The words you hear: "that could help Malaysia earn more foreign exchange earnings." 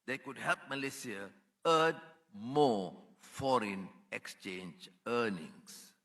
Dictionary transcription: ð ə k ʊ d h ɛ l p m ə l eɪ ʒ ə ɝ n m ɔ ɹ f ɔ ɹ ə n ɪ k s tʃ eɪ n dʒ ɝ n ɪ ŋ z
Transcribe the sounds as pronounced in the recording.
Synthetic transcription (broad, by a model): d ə k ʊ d h ɛ l p m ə l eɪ s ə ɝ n m ɔ f ɔ ɹ ə n ɪ k s tʃ eɪ n dʒ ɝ n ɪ ŋ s